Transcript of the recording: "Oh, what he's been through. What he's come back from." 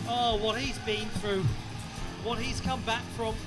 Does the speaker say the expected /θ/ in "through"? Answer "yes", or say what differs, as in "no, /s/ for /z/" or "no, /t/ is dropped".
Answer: yes